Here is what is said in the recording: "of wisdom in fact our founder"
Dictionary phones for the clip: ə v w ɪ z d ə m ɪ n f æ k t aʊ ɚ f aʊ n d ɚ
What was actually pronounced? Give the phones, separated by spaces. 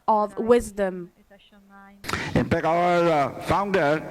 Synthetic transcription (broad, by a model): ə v w ɪ z d ə m ɪ n p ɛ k aʊ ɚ f aʊ n d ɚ